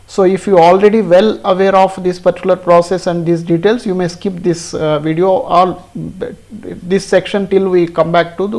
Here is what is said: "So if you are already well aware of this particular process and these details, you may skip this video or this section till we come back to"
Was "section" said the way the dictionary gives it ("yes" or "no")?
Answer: yes